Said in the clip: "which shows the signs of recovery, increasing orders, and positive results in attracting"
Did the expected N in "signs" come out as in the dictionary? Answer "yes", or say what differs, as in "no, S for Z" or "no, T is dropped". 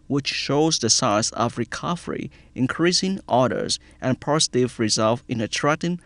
no, N is dropped